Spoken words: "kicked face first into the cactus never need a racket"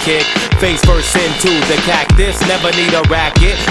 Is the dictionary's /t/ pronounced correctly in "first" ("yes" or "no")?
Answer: no